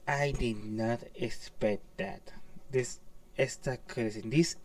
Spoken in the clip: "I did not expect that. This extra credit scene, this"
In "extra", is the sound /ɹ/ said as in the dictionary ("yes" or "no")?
no